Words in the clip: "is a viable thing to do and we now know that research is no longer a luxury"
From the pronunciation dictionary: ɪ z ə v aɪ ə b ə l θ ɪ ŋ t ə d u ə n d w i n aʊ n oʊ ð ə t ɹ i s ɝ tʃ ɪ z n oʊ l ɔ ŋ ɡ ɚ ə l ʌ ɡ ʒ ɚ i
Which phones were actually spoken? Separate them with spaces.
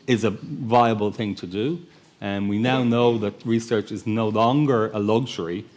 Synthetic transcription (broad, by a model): ɪ z ə v aɪ ə b ə l θ ɪ ŋ t ə d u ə n w i n aʊ n oʊ ð ə t ɹ i s ɝ tʃ ɪ z n oʊ l ɔ ŋ ɡ ɚ ə l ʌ ɡ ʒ ɚ i